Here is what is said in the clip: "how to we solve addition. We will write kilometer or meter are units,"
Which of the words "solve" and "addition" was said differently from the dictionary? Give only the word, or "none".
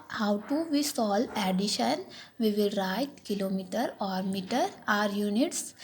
solve